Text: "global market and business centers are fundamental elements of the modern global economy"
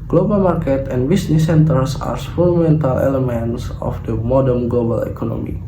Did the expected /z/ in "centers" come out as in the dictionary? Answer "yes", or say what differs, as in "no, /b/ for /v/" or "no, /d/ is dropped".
no, /s/ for /z/